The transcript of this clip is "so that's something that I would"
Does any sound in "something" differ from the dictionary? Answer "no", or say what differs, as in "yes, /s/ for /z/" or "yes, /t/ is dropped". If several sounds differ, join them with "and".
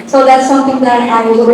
yes, /t/ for /θ/